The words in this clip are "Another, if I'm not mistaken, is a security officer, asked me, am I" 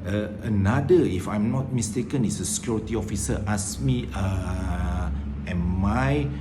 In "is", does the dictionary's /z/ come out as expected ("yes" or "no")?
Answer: no